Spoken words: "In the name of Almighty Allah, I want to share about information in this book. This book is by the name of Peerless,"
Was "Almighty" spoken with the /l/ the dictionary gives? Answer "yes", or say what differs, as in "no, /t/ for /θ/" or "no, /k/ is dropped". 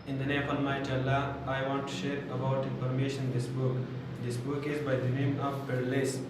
no, /n/ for /l/